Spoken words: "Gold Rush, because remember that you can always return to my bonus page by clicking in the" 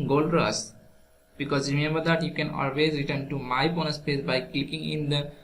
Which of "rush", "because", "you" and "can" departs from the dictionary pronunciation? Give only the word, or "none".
rush